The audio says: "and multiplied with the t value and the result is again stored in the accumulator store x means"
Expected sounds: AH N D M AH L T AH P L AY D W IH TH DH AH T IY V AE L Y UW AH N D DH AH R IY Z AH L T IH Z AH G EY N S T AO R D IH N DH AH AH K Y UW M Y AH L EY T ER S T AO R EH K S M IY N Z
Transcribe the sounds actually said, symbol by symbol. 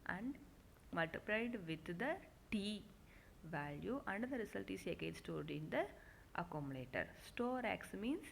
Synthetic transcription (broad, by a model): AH N D M AH L T AH P L AY D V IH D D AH T IY V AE L Y UW AH N D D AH R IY S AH L T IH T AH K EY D S T AO R D IH N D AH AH K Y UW M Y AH L EY T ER S T AO R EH K S M IY N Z